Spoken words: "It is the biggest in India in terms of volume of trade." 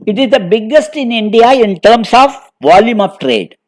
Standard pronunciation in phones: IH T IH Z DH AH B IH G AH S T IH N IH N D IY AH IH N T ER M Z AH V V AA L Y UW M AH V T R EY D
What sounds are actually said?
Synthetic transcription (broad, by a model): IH T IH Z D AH B IH G AH S T IH N IH N D IY AH IH N T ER M S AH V V AA L Y UW M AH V T R EY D